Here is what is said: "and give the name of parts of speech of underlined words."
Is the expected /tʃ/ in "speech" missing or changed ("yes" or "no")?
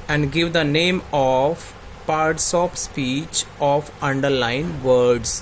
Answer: no